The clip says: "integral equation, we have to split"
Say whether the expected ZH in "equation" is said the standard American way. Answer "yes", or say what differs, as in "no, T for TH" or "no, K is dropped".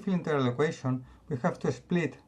no, SH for ZH